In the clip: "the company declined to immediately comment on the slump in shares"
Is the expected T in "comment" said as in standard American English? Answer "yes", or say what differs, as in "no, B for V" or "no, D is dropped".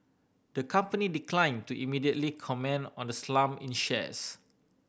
no, T is dropped